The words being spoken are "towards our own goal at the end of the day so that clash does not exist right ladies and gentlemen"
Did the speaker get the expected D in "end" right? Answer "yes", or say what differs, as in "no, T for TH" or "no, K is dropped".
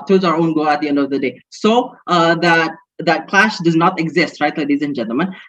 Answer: yes